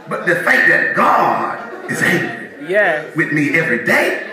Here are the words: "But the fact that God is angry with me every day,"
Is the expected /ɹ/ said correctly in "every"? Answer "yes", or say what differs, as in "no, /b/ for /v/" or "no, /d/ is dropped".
yes